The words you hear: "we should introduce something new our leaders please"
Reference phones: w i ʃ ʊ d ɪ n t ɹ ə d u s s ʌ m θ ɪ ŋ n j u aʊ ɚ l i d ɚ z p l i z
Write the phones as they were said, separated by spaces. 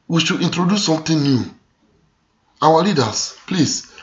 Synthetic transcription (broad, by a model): w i ʃ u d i n t ɹ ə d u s s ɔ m t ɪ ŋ n j u aʊ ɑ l i d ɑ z p l i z